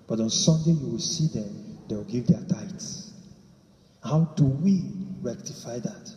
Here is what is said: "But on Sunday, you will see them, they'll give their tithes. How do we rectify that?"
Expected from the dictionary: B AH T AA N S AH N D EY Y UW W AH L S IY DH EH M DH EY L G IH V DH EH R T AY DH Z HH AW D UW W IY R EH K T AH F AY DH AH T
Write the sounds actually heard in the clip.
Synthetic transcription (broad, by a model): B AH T AA N S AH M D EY Y UW W AH L S IY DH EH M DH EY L G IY V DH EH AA T AY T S HH AW D UW W IY R EH K T AH F AY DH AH T